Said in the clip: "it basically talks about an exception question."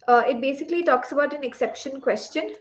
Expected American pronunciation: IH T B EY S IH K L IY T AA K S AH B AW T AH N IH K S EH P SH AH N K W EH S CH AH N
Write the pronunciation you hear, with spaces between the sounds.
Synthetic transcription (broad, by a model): IH T B EY S IH K L IY T AA K S AH B AW T AH N IH K S EH P SH AH N K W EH S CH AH N